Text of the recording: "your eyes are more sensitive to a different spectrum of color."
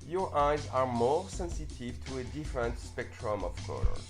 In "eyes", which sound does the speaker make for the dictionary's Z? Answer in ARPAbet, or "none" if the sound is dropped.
Z